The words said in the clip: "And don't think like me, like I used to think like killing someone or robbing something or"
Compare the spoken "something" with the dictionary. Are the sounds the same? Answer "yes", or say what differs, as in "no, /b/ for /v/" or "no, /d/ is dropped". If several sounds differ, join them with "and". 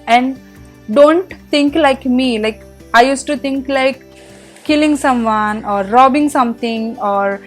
no, /t/ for /θ/